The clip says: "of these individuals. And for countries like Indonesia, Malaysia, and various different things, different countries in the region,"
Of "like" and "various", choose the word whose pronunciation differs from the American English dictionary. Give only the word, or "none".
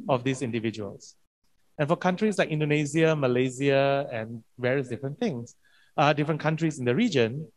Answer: none